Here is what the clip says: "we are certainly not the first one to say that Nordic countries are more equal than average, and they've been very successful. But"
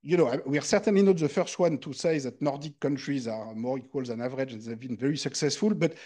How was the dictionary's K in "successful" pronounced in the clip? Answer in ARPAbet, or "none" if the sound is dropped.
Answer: K